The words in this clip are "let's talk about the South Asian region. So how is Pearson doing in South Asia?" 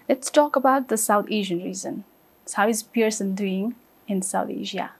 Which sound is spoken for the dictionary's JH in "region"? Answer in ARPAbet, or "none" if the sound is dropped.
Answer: Z